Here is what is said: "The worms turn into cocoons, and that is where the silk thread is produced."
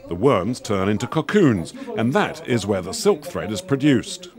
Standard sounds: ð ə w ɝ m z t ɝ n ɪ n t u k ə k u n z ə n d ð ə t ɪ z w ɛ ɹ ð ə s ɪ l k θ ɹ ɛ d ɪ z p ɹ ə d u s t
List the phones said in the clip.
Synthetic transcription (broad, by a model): ð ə w ɝ m z t ɝ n ɪ n t u k ə k u n z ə n ð ə t ɪ z w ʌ ɹ ð ə s ɪ l k θ ɹ ɛ d ɪ z p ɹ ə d u s t